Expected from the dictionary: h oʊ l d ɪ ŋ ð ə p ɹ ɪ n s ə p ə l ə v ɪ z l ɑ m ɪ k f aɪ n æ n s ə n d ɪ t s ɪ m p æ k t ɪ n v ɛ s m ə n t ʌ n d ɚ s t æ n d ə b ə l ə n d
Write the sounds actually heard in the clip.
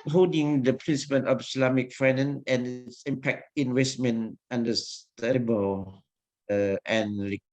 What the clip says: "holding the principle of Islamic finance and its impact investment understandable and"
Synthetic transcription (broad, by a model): h oʊ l d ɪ ŋ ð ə p ɹ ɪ n s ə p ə n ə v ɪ s l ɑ m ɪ k f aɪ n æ n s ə n ɪ t s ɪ m p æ k t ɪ n w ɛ s m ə n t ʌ n d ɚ s t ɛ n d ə b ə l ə n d